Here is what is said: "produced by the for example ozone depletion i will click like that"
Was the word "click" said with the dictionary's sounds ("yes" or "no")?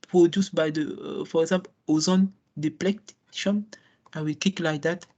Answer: no